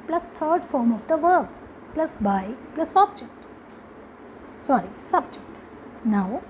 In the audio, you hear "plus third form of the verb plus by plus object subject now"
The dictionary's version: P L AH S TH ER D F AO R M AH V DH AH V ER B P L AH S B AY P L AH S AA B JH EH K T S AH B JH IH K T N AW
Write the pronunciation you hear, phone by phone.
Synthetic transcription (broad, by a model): P L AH S T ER D F AO R M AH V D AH V ER B P L AH S B AY P L AH S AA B JH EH K T S AH B JH IH K T N AW